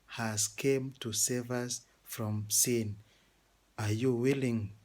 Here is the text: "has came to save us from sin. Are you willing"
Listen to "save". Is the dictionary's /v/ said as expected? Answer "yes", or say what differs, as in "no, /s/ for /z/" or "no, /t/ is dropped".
yes